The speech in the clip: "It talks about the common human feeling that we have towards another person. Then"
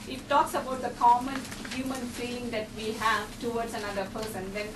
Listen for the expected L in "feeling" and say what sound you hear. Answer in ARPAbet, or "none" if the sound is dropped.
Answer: none